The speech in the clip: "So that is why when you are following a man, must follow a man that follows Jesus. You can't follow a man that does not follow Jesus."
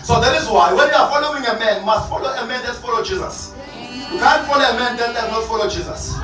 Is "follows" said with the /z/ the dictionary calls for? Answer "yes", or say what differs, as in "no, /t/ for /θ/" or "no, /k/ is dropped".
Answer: no, /z/ is dropped